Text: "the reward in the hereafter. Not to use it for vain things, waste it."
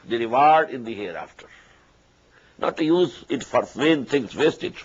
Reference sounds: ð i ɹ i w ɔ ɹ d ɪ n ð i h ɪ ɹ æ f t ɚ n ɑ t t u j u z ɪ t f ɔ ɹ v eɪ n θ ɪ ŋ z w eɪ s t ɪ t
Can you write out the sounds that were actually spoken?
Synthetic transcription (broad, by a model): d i ɹ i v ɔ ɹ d ɪ n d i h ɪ ɹ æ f t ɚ n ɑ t t u j u z ɪ t f ɔ ɹ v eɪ n t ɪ ŋ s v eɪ s t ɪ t